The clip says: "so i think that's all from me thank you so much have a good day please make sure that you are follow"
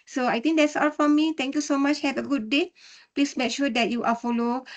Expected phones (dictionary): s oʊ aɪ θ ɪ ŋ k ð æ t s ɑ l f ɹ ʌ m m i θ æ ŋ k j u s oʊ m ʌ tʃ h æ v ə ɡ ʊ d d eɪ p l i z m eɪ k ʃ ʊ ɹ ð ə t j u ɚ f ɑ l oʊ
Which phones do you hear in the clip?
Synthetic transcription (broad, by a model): s oʊ aɪ t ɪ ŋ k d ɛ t s ɑ l f ɹ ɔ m m i t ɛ ŋ k j u s oʊ m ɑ tʃ h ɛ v ə ɡ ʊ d d eɪ p l i s m eɪ k ʃ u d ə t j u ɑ f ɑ l oʊ